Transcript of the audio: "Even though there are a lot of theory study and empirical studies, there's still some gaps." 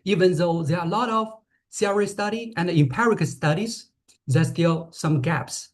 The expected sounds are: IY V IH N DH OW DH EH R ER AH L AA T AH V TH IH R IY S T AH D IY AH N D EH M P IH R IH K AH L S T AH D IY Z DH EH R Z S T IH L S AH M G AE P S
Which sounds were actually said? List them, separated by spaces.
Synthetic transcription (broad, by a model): IY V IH N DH OW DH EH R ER AH L AA T AH V S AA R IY S T AH D IY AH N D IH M P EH R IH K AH S T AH D IY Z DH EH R S T IH L S AH M G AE P S